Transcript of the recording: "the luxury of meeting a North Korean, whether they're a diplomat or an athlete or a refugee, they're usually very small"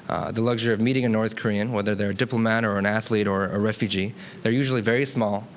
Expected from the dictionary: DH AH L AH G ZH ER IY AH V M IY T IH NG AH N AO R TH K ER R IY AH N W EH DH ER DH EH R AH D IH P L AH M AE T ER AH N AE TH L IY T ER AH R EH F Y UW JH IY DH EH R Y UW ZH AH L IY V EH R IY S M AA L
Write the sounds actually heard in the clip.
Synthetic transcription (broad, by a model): DH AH L AH G ZH ER IY AH V M IY T IH NG AH N AO R TH K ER R IY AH N W EH DH ER DH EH R AH D IH P L AH M AE T ER AH N AE TH L IY T ER AH R EH F Y UW JH IY DH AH R Y UW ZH L IY V EH R IY S M AA L